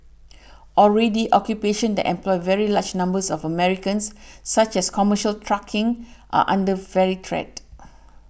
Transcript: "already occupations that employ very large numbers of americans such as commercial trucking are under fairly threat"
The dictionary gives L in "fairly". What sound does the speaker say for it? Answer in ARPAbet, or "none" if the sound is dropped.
none